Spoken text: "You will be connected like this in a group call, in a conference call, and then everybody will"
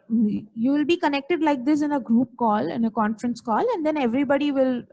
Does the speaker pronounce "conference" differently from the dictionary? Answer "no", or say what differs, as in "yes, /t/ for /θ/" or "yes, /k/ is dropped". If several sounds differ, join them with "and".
no